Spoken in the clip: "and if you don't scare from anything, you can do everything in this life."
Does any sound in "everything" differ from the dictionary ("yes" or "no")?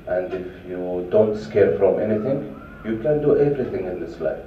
yes